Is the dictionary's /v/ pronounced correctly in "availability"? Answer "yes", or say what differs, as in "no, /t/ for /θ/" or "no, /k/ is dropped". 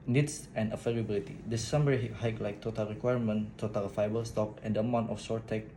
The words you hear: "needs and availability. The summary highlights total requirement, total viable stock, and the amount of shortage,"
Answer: no, /f/ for /v/